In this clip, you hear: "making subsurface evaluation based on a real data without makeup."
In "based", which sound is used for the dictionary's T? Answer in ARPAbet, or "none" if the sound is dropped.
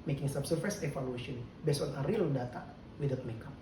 none